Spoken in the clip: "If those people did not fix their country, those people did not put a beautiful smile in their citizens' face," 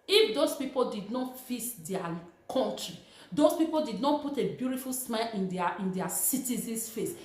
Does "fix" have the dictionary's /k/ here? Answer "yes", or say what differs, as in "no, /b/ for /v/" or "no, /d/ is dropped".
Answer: no, /k/ is dropped